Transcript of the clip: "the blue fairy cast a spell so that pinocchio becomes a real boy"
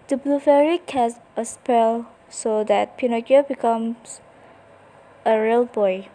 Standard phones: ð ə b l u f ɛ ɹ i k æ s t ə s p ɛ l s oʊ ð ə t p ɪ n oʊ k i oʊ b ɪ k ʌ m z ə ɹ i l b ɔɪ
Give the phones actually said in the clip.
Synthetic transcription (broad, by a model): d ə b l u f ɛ ɹ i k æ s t ə s p ɛ l s oʊ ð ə t p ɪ n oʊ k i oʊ b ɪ k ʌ m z ə ɹ i l b ɔɪ